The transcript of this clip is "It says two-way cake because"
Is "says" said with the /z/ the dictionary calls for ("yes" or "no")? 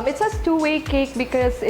no